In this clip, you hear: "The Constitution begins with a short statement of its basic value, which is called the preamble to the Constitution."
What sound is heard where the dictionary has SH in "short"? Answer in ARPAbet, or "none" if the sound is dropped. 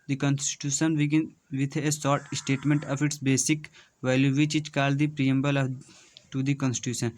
S